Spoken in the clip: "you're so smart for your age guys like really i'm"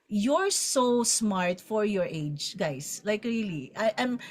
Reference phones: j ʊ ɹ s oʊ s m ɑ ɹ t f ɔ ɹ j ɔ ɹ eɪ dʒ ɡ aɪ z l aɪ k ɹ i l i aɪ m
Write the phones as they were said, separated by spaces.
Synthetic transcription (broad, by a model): j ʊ ɹ s oʊ s m ɑ ɹ t f ɔ ɹ j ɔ ɹ eɪ dʒ ɡ aɪ s l aɪ k ɹ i l i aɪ m